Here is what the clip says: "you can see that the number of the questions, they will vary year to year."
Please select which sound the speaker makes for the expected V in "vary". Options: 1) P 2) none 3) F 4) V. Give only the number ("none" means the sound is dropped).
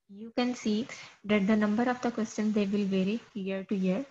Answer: 4